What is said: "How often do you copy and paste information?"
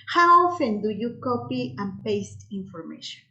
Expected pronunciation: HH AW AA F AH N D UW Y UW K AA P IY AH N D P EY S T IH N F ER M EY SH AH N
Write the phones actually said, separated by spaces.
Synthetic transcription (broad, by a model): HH AW AA F AH N D UW Y UW K AA P IY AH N P EY S T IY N F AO M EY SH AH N